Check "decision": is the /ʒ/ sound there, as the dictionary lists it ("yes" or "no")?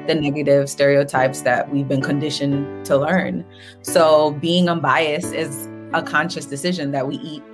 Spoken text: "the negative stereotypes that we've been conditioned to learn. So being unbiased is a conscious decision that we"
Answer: yes